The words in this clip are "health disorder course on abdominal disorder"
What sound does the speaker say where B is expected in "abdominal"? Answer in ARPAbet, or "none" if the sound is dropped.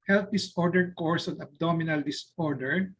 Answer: B